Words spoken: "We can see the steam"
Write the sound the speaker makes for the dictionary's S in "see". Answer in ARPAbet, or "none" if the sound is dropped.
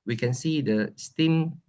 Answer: S